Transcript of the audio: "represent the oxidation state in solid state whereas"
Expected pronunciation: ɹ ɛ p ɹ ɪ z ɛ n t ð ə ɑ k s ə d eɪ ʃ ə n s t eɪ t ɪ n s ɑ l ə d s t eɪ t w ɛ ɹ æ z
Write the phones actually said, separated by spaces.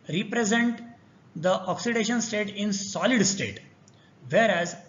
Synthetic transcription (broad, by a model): ɹ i p ɹ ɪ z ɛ n t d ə ɑ k s ə d eɪ ʃ ə n s t eɪ t ɪ n s ɑ l ə d s t eɪ t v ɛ ɹ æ z